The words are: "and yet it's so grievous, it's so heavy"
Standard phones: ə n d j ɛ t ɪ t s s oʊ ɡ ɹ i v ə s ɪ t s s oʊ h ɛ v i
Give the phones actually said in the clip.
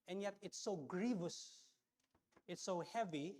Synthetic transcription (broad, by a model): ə n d j ɛ t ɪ t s s oʊ ɡ ɹ i v ə s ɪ t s s oʊ h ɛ v i